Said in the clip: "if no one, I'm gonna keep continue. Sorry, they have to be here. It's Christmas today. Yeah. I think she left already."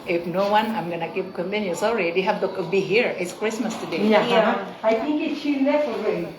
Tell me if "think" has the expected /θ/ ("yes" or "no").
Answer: no